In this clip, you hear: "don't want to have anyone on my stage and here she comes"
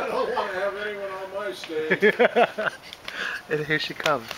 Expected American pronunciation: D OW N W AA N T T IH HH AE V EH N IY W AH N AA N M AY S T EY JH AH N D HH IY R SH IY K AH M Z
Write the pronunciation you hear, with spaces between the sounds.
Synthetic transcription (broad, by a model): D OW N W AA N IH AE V EH N IY W AH N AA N M AY S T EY AH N HH IY R SH IY K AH M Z